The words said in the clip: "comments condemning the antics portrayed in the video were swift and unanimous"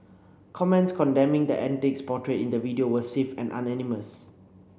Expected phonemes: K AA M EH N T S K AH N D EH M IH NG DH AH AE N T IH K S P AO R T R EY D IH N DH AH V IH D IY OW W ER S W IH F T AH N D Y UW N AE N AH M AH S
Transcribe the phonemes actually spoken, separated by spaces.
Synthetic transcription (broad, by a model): K AA M EH N T S K AH N D EH M IH NG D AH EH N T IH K S P AO T R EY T IH N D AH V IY D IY OW W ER S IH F AH N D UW N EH N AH M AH S